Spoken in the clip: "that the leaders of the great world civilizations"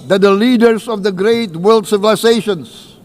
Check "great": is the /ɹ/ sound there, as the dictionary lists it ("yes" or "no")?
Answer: yes